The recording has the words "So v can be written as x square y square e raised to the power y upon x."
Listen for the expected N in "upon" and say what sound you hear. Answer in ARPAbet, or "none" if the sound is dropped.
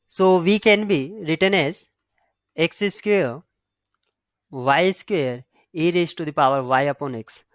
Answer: N